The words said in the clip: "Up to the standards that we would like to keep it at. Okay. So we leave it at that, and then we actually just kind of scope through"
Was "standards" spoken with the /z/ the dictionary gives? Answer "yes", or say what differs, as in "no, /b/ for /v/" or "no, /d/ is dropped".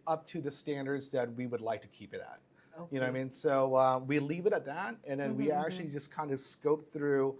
yes